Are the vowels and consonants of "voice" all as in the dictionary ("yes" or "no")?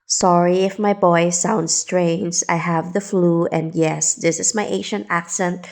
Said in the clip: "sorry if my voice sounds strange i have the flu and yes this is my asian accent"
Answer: no